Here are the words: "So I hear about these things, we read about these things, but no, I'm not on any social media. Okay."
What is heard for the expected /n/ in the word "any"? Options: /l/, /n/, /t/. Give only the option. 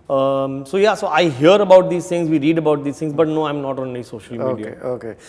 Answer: /l/